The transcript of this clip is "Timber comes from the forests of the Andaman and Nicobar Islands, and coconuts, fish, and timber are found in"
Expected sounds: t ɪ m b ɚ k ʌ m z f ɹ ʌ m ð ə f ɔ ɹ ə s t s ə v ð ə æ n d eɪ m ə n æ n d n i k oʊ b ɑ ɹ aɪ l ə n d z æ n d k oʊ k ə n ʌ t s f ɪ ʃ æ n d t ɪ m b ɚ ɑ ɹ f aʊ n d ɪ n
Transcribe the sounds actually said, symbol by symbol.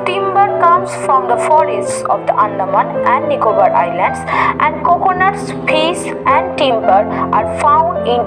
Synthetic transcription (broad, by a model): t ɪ m b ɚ k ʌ m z f ɹ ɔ m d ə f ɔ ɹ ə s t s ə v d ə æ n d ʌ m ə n æ n d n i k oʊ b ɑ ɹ aɪ l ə n d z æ n d k oʊ k ə n ʌ t s p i s æ n d t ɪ m b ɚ ɑ ɹ f aʊ n d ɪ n